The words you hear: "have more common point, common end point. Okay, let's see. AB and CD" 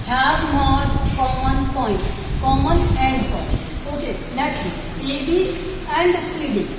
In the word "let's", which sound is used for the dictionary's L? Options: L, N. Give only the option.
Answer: N